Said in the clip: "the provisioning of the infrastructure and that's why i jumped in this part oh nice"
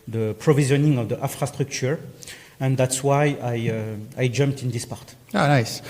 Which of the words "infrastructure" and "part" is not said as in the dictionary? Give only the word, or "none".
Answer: infrastructure